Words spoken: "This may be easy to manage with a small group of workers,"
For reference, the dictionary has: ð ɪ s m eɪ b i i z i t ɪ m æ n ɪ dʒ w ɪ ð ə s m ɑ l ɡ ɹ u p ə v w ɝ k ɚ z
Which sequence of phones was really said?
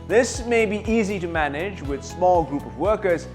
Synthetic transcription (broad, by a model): ð ɪ s m eɪ b i i z i t ɪ m æ n ɪ dʒ w ɪ ð s m ɑ l ɡ ɹ u p ə v w ɝ k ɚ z